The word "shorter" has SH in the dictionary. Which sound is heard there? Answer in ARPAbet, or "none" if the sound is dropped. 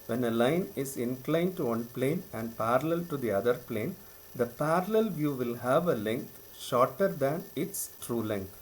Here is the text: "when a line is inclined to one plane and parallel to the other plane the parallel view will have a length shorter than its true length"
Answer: SH